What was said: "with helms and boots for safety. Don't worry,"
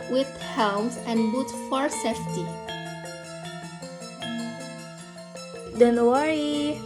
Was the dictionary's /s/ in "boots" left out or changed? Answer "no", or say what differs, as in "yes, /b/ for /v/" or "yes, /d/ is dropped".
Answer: yes, /s/ is dropped